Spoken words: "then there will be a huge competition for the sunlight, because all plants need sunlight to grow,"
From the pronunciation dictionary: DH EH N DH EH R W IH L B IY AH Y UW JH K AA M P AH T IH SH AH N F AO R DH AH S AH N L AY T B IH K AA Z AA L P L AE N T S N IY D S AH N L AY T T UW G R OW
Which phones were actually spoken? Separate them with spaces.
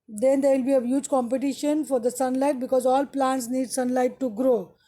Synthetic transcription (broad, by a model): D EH N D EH R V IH L B IY AH Y UW JH K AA M P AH T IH SH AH N F AO R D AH S AH N L AY T B IH K AA Z AA L P L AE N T S N IY D S AH N L AY T T UW G R OW